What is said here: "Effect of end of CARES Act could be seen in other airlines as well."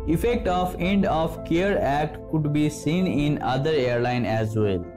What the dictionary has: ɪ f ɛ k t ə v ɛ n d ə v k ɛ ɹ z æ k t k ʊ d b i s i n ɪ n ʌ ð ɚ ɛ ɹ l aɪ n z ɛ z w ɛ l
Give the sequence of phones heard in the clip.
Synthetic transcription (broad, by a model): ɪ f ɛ k t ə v ɛ n d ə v k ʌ ɹ æ k t k ʊ d b i s i n ɪ n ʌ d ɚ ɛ ɹ l aɪ n ɛ z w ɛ l